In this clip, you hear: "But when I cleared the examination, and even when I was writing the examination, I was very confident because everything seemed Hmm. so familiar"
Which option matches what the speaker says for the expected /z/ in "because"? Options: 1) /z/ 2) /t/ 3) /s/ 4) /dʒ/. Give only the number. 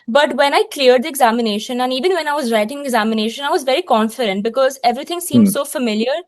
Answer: 1